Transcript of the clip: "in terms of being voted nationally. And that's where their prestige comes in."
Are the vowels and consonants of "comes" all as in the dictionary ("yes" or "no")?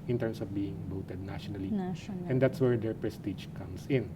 no